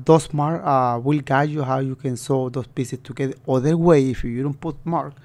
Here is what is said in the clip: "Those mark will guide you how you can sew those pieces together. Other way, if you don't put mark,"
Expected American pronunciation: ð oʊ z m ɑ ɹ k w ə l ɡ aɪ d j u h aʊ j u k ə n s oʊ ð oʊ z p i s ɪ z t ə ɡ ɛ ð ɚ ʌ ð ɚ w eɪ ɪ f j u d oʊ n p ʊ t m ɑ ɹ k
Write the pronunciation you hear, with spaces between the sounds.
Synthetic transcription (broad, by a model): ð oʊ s m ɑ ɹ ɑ w ə l ɡ aɪ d j u h aʊ j u k ə n s oʊ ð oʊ s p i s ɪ s t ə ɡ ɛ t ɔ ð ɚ w eɪ ɪ f j u d oʊ n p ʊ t m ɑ ɹ k